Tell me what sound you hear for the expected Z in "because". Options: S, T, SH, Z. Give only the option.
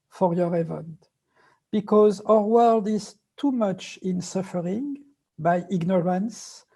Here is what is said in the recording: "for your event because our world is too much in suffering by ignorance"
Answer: Z